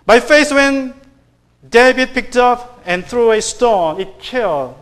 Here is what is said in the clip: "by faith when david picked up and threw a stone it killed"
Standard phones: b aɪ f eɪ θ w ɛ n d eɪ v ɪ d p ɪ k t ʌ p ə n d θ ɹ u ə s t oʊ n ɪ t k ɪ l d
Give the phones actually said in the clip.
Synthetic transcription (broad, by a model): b aɪ f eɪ s w ɛ n d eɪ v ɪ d p ɪ k t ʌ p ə n θ ɹ u ə s t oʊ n ɪ t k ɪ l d